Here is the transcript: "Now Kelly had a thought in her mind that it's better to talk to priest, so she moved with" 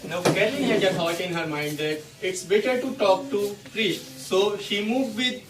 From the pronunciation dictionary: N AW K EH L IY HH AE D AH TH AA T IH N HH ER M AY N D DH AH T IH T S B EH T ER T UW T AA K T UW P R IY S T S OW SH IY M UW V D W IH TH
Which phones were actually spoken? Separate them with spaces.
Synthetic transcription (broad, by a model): N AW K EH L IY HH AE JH AH S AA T IH N HH ER M AY N D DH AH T IH T S B EH T ER T UW T AA K T UW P R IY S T S OW SH IY M UW V D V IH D